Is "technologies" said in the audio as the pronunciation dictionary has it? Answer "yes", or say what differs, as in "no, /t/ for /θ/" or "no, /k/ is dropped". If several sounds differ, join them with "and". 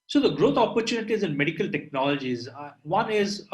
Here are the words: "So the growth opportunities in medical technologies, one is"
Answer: yes